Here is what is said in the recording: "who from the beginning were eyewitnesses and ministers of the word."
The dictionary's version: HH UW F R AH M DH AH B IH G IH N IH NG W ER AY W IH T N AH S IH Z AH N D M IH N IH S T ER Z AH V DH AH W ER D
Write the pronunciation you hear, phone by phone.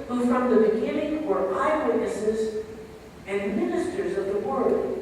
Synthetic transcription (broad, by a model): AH F R AH M DH AH B IH G IH N IH NG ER AY W IH T N AH S IH Z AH N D M IH N IH S T ER Z AH V DH AH W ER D